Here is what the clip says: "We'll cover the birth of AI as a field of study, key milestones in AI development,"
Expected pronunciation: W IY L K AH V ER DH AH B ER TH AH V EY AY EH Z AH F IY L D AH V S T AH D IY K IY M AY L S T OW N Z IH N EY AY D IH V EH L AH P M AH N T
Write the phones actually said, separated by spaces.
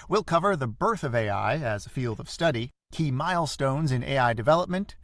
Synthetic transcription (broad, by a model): W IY L K AH V ER DH AH B ER TH AH V EY AY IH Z AH F IY L D AH V S T AH D IY K IY M AY L S T OW N Z IH N EY AY D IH V EH L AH P M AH N T